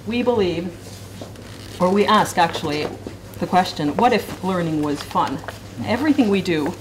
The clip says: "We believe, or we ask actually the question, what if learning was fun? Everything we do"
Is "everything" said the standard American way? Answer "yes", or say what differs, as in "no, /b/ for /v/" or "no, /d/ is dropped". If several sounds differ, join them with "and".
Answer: yes